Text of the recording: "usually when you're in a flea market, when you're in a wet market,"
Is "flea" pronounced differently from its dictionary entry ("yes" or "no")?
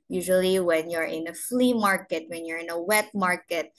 no